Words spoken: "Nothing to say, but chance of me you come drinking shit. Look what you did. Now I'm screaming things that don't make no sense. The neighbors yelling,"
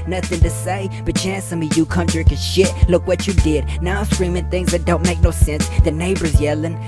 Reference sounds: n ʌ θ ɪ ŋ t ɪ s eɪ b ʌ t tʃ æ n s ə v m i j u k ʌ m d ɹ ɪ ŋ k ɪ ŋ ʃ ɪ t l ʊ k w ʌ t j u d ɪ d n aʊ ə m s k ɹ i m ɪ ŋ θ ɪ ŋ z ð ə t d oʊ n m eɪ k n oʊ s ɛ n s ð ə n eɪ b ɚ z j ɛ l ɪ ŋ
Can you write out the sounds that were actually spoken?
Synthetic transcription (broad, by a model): n ʌ θ ɪ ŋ t ɪ s eɪ b ʌ t tʃ æ n s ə m i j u k ʌ m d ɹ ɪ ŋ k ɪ ʃ ɪ t l ʊ k w ʌ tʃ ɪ d ɪ d n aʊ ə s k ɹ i m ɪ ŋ θ ɪ ŋ z ð ə t d oʊ n m eɪ k n oʊ s ɛ n s ð ə n eɪ b ɚ z j ɛ l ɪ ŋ